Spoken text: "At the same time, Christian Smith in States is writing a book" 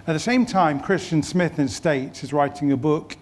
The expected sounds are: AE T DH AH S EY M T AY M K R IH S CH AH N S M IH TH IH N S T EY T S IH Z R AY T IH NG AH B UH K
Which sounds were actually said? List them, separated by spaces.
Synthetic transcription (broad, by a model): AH T DH AH S EY M T AY M K R IH S CH AH N S M IH TH IH N S T EY T S IH Z R AY T IH NG AH B UH K